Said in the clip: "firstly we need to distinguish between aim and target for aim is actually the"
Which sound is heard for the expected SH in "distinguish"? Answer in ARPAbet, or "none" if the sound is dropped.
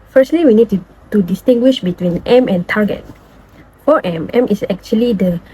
SH